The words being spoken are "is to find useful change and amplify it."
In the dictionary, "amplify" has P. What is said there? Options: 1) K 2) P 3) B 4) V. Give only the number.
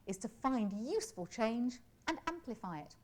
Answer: 2